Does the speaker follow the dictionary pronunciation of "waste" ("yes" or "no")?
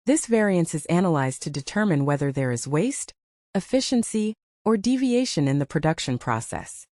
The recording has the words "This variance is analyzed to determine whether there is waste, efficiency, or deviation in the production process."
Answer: yes